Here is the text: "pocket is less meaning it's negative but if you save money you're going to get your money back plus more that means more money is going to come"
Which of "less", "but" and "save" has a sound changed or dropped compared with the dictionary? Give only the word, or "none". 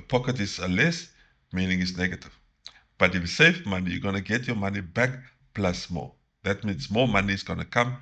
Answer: save